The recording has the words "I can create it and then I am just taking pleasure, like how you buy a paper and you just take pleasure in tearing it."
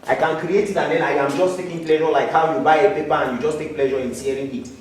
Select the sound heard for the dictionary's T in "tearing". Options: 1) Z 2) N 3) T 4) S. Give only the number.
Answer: 4